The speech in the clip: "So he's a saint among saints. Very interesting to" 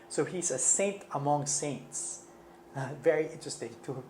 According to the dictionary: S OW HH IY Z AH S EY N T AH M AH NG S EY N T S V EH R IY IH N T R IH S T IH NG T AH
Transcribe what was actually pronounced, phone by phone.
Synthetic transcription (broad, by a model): S OW HH IY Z AH S EY N T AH M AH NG S EY N T S V EH R IY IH N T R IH S T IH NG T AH